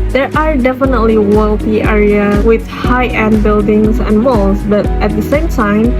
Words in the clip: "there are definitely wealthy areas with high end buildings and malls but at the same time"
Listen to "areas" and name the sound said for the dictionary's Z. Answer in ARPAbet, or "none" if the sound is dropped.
none